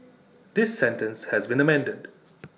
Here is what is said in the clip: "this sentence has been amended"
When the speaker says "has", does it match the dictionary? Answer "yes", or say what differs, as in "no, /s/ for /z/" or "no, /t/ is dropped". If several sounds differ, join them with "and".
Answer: yes